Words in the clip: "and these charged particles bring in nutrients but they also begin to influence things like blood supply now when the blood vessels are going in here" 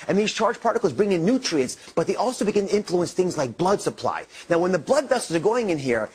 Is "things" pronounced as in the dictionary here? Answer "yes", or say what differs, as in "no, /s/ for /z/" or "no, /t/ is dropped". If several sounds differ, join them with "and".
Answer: yes